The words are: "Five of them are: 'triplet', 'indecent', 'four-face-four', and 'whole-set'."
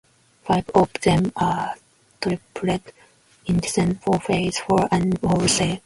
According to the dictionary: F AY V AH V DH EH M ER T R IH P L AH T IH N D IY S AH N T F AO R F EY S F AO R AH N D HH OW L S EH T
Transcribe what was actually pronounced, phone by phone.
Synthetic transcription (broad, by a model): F AY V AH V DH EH M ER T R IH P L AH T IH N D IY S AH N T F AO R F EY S F AO R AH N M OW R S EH